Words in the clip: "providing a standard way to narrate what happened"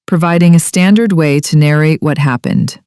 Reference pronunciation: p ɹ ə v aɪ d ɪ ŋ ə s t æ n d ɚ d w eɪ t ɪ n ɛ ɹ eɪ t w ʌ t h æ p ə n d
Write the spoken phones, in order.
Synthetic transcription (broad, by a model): p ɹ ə v aɪ d ɪ ŋ ə s t æ n d ɚ d w eɪ t ɪ n ɛ ɹ eɪ t w ʌ t h æ p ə n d